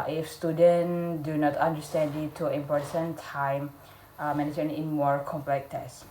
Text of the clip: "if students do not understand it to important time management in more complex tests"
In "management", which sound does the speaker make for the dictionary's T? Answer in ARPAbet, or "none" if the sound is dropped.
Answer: none